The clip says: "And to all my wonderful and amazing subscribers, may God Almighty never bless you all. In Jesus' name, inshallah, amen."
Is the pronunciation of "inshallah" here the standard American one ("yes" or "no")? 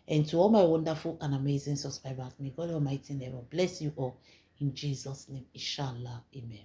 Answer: no